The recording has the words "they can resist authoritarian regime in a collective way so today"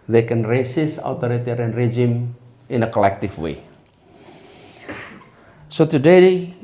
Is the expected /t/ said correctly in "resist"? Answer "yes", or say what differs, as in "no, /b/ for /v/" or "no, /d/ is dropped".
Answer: no, /t/ is dropped